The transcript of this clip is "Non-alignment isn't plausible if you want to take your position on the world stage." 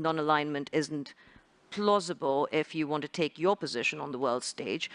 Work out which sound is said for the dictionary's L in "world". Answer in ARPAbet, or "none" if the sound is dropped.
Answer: L